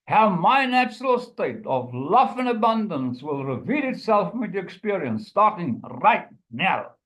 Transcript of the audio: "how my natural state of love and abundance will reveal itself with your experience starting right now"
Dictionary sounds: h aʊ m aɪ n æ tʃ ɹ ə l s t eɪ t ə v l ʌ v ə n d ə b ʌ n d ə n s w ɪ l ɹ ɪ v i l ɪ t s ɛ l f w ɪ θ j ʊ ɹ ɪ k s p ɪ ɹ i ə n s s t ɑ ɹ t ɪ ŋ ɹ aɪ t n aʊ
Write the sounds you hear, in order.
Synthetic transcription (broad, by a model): h aʊ m aɪ n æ tʃ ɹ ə l s t eɪ t ə v l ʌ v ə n ə b ʌ n d ə n s w ɪ l ɹ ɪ v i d ɪ t s ɛ l f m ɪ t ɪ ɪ k s p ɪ ɹ i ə n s s t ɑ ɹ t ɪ ŋ ɹ aɪ t n aʊ